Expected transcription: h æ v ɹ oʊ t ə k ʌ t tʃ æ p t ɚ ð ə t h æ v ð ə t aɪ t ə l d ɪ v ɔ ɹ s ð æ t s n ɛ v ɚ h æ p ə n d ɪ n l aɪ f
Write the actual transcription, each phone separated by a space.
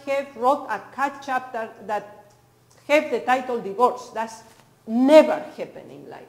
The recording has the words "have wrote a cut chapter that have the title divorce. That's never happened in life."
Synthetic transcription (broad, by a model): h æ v ɹ oʊ t ə k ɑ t tʃ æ p t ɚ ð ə t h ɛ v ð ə t aɪ t ə l d ɪ v ɔ ɹ s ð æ t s n ɛ v ɚ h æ p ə n ɪ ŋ l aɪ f